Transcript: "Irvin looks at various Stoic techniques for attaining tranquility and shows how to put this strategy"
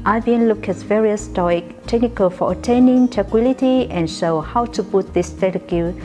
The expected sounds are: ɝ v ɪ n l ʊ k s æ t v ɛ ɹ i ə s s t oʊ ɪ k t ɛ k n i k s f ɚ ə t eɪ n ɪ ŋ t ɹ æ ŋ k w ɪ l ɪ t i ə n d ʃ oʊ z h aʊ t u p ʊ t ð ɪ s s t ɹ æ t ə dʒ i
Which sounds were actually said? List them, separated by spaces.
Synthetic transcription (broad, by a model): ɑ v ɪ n l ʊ k ɛ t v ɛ ɹ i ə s s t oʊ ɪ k t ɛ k n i k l f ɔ ə t eɪ n ɪ ŋ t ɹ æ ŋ k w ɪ l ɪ t i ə n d ʃ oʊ h aʊ t u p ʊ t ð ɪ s s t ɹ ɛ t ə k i